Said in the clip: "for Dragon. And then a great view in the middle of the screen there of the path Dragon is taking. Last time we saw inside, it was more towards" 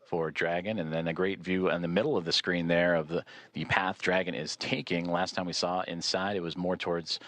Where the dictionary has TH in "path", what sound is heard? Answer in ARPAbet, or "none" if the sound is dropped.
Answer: TH